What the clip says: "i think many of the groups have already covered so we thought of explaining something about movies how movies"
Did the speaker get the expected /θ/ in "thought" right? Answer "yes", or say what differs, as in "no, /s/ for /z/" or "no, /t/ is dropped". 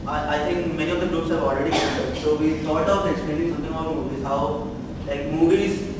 no, /t/ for /θ/